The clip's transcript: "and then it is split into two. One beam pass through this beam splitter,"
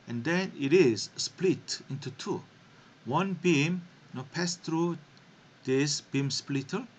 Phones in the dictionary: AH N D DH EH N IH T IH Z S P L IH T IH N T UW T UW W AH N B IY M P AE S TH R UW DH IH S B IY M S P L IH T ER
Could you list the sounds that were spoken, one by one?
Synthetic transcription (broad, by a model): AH N D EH N IH T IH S S P L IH T IH N T UW T UW W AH N B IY M P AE S T R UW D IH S B IY M S P L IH T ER